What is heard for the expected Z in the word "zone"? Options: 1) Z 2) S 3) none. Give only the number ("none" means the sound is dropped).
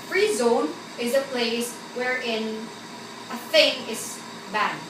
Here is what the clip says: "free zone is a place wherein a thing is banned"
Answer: 1